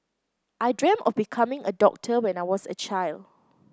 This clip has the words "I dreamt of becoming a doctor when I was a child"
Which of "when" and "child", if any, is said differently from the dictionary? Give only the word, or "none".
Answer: none